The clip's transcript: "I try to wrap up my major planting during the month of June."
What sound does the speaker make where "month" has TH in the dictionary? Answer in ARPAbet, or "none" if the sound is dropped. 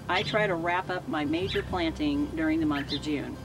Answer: TH